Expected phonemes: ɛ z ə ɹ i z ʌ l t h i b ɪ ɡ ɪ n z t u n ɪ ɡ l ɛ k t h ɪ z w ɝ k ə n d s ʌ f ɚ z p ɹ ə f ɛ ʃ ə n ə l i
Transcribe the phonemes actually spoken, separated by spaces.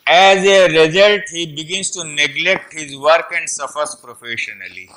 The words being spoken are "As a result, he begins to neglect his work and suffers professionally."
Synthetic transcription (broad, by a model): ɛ z ə ɹ i z ʌ l t h i b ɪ ɡ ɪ n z t u n ɪ ɡ l ɛ k t h ɪ z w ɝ k ə n d s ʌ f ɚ s p ɹ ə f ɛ ʃ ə n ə l i